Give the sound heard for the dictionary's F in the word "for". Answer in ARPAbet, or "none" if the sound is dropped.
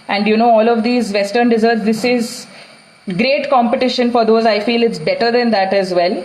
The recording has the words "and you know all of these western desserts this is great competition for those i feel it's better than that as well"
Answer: F